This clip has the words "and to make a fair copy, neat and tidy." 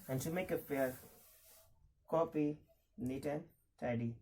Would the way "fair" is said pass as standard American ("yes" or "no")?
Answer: no